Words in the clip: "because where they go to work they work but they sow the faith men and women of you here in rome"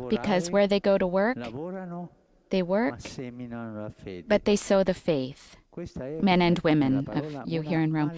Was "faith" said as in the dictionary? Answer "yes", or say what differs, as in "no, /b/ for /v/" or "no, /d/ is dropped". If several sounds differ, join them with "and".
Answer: yes